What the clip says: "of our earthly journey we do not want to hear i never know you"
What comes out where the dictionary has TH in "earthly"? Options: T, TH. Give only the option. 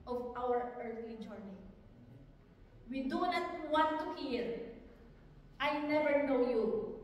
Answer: T